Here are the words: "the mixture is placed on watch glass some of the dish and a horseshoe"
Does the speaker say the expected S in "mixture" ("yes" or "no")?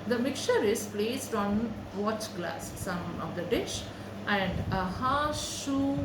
no